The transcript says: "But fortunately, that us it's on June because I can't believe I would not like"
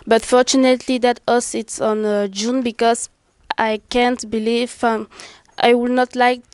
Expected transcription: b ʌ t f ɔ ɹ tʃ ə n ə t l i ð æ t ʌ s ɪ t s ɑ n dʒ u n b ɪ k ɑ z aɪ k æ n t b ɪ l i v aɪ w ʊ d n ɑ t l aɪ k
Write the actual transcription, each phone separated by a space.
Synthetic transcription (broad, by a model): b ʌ t f ɔ ɹ tʃ ə n ə t l i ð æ t ʌ s ɪ t s ɑ n dʒ u n b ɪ k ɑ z aɪ k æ n t b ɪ l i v aɪ w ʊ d n ɑ t l aɪ k